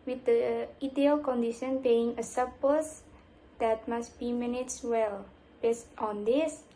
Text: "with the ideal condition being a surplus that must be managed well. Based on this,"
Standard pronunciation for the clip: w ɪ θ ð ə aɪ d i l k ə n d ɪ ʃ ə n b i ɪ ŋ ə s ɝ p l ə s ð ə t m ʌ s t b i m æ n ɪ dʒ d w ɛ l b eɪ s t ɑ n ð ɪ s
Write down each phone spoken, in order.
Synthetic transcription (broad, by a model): w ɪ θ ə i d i l k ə n d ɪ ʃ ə n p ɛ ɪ ŋ ə s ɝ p ə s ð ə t m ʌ s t b i m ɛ n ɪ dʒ w ɛ l b eɪ s t ɑ n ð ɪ s